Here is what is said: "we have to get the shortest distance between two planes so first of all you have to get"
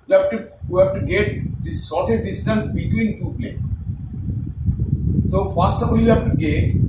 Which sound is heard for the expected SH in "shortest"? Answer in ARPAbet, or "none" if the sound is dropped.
S